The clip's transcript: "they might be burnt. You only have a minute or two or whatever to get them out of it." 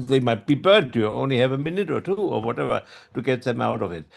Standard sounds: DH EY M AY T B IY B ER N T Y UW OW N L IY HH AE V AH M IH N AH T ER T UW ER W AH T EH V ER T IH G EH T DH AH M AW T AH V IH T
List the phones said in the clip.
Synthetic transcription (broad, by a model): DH EY M AY T B IY B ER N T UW OW N L IY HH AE V AH M IH N AH T ER T UW ER W AH T EH V ER T IH G EH T DH AH M AW T AH V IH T